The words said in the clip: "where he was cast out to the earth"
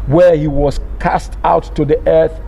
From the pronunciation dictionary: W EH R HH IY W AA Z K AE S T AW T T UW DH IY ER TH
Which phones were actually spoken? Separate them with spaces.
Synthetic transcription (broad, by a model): W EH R HH IY W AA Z K AE S T AW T T UW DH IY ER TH